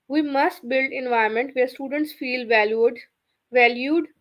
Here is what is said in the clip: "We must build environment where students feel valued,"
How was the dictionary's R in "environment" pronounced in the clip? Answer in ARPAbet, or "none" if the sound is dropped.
none